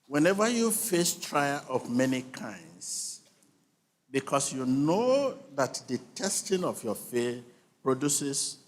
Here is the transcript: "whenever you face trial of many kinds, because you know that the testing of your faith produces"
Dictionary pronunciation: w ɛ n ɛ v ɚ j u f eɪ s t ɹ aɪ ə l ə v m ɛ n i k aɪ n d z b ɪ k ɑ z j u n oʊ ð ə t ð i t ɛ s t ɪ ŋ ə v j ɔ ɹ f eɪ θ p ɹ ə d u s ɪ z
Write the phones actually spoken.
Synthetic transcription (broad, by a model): w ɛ n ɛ v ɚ j u f eɪ s t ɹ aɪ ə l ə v m ɛ n i k aɪ n d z b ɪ k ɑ s j u n oʊ ð ə t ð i t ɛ s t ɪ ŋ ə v j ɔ f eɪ p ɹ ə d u s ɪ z